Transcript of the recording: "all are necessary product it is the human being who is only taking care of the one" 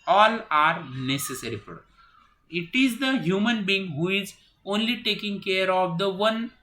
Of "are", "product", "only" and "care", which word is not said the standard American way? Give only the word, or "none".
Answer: product